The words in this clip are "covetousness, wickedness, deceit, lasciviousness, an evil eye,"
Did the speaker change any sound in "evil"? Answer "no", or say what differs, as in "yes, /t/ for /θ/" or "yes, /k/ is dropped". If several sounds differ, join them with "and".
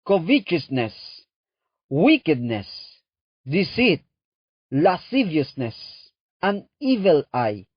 no